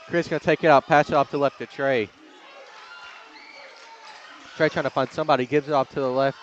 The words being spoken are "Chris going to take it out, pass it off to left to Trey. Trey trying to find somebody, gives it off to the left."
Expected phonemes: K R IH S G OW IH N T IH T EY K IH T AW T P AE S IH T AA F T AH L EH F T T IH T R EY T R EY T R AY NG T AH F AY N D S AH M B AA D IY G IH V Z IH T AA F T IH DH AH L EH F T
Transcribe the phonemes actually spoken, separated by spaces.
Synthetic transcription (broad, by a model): K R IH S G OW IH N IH T EY K IH T AW T P AE S IH T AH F T AH L EH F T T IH T R EY T R EY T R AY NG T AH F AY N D S AH M B AA D IY G IH V Z IH T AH P T IH DH AH L EH F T